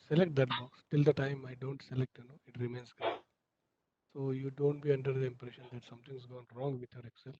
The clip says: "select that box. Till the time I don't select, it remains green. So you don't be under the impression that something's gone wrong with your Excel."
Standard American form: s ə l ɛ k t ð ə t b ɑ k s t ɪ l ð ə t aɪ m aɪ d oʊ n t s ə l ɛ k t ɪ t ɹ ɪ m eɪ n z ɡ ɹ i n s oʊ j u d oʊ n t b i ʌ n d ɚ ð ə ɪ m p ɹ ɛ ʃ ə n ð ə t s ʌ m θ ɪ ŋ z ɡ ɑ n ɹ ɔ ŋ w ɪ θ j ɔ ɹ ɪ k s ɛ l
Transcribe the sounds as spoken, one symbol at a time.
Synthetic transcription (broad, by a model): s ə l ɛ k t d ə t b ɑ k s t ɪ l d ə t aɪ m aɪ d oʊ n t s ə l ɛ k t ɪ t ɹ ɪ m eɪ n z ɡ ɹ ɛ s oʊ j u d oʊ n t b i ʌ n d ɚ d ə ɪ m p ɹ ɛ ʃ ə n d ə t s ʌ m t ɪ ŋ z ɡ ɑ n ɹ ɔ ŋ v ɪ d j ɔ ɹ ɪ k s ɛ l